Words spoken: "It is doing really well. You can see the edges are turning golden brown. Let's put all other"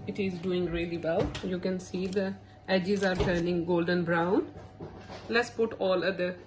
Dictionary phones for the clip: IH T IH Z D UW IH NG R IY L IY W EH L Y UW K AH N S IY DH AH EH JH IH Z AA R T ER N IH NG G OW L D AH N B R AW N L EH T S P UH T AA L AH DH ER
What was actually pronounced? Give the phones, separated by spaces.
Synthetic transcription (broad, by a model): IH T IH Z D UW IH NG R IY L IY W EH L Y UW K AH N S IY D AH EH JH IH Z AA R T ER N IH NG G OW L D AH N B R AW N L EH T S P UH T AA L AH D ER